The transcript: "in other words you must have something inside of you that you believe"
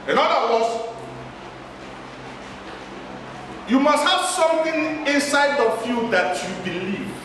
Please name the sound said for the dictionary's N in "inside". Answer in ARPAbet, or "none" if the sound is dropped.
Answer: N